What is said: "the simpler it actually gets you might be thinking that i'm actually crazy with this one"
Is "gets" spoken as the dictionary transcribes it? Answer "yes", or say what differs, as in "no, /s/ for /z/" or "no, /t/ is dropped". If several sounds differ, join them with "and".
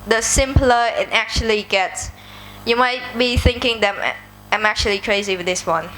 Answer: yes